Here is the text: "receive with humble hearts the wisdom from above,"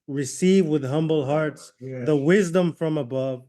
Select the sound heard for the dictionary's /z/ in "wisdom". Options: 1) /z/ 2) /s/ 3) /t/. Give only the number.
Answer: 1